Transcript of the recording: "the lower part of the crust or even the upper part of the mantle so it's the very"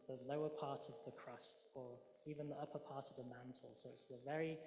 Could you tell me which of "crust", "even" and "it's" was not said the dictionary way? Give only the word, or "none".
none